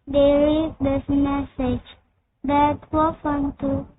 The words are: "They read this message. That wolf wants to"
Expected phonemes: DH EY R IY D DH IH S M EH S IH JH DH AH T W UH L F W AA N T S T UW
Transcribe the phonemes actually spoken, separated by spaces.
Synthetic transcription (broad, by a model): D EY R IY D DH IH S M EH S IH JH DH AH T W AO F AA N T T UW